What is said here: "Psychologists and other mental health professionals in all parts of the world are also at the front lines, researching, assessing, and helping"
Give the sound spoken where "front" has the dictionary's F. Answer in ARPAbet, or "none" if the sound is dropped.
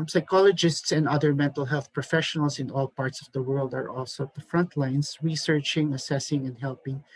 F